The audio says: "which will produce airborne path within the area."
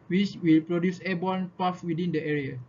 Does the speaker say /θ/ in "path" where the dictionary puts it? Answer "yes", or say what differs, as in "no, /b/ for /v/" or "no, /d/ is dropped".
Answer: no, /f/ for /θ/